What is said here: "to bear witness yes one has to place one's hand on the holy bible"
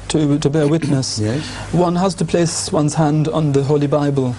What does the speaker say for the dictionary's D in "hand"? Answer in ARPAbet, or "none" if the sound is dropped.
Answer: D